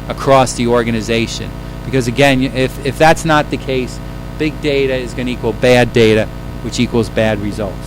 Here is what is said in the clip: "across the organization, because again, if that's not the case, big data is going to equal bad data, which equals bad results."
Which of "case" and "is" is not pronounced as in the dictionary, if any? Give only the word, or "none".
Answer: none